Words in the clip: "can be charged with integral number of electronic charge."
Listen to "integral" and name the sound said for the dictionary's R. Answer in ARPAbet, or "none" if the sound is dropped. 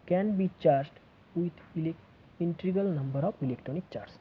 none